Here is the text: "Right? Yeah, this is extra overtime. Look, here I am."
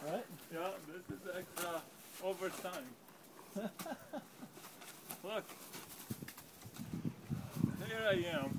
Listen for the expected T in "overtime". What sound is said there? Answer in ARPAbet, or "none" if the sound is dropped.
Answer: S